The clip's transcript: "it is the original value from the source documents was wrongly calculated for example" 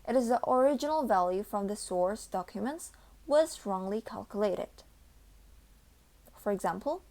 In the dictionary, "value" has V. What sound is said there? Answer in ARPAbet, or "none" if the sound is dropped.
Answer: V